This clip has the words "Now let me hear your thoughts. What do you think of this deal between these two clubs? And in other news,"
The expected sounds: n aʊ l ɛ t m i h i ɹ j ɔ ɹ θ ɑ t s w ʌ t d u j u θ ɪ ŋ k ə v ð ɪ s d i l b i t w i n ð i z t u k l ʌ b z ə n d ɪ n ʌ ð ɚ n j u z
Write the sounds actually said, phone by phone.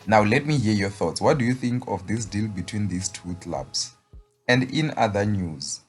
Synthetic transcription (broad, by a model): n aʊ l ɛ t m i h i j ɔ θ ɑ t s w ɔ t d u j u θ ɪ ŋ k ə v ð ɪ s d i l b i t w i n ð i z t u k l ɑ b s ə n d ɪ n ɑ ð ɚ n j u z